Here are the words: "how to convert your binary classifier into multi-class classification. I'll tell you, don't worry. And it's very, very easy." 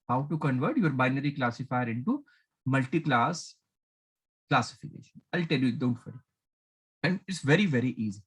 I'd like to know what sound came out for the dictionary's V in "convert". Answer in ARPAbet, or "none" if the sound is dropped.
V